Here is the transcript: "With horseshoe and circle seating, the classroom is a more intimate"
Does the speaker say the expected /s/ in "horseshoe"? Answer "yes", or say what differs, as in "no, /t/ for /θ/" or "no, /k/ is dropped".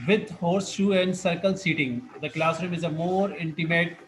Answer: yes